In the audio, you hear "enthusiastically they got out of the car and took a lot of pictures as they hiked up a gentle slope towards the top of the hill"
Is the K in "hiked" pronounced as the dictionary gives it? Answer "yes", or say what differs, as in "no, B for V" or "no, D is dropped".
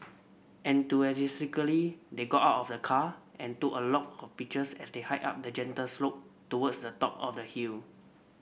no, K is dropped